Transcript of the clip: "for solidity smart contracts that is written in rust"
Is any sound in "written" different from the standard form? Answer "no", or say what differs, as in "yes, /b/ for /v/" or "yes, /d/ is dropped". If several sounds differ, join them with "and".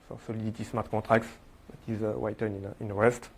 yes, /w/ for /ɹ/